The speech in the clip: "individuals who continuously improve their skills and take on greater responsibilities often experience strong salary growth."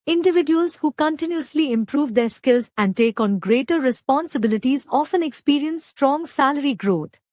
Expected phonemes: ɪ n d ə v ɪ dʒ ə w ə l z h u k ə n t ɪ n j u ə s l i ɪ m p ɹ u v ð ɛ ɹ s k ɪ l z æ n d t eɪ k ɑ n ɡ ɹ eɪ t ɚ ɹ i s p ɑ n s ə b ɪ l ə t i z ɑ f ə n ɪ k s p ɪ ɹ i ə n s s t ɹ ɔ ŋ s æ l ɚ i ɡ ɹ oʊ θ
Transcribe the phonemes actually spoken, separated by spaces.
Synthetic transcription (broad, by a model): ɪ n d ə v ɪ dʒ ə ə l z h u k ə n t ɪ n j u ə s l i ɪ m p ɹ u v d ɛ ɹ s k ɪ l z æ n d t eɪ k ɑ n ɡ ɹ eɪ t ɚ ɹ i s p ɑ n s ə b ɪ l ə t i z ɑ f ə n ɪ k s p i ɹ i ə n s s t ɹ ɔ ŋ s æ l ɚ i ɡ ɹ oʊ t